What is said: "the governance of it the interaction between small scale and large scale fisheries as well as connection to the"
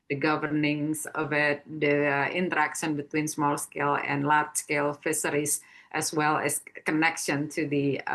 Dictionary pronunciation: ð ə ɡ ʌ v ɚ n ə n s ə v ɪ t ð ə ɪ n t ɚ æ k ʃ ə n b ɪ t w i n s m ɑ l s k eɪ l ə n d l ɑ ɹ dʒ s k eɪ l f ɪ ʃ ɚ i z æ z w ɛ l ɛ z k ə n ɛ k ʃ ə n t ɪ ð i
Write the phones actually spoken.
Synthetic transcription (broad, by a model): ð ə ɡ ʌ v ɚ n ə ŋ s ə v ɪ t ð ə ɪ n t ɚ æ k ʃ ə n b ɪ t w i n s m ɑ l s k eɪ l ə n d l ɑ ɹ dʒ s k eɪ l f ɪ s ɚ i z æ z w ɛ l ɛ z k ə n ɛ k ʃ ə n t ɪ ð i